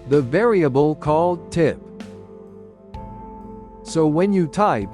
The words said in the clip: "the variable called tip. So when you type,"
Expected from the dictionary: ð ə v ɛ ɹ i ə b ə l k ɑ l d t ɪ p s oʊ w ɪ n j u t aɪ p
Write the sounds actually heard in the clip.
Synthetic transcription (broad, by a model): ð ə v ɛ ɹ i ə b ə l k ɑ l d t ɪ p s oʊ w ɪ n j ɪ t aɪ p